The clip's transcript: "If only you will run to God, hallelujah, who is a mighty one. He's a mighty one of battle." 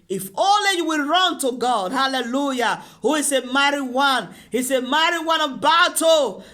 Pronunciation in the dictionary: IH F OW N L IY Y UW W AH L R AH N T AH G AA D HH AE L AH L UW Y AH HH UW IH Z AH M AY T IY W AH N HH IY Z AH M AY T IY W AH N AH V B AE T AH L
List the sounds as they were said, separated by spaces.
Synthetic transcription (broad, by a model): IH F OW L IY Y UW W AH L R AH N T AH G AA D HH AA L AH L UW Y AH HH UW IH S AH M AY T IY W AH N HH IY S AH M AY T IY W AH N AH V B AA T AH